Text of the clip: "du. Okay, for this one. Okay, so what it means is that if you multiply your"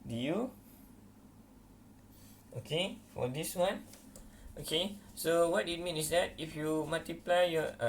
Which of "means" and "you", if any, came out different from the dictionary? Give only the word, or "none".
means